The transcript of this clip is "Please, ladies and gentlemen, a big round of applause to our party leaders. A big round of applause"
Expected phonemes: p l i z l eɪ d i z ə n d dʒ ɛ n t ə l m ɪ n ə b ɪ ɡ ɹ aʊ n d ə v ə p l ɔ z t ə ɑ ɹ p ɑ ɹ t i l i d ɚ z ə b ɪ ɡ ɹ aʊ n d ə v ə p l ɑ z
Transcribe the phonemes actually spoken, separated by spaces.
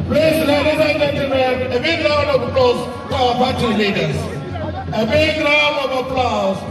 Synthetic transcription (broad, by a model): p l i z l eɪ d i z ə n dʒ ɛ n t ə l m ɪ n ə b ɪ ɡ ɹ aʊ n ə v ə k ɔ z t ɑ w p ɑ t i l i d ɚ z ə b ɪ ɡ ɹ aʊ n ə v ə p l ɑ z